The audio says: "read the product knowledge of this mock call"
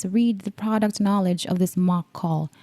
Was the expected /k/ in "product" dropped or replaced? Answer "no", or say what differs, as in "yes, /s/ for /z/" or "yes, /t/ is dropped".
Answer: no